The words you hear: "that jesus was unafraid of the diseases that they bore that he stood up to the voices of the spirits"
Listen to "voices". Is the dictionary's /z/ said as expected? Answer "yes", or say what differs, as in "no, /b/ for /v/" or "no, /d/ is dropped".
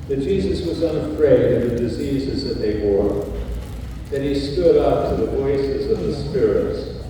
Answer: yes